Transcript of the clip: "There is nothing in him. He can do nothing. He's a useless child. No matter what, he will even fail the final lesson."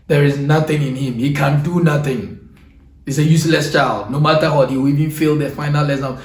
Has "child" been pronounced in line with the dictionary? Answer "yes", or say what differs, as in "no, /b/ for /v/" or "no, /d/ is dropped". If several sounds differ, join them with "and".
yes